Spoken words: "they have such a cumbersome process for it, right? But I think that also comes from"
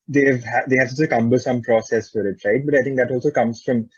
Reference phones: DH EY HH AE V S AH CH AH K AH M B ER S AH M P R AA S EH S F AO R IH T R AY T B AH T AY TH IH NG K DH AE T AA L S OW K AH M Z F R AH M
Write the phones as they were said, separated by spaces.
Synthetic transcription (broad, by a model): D EY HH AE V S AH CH AH K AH M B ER S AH M P R AA S EH S F AO R IH T R AY T B AH T AY T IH NG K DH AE T AA L S OW K AH M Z F R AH M